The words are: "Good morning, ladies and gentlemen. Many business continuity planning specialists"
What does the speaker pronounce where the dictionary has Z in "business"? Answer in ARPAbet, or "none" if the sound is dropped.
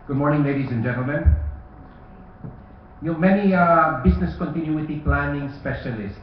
S